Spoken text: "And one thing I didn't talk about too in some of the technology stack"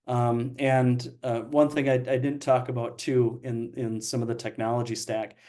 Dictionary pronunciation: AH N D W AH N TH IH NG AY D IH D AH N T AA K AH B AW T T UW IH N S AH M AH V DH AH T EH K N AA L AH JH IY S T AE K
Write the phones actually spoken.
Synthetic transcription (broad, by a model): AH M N W AH N TH IH NG AY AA IH D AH N T AA K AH B AW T T UW IH N S AH M AH V DH AH T EH K N AA L AH JH IY S T AE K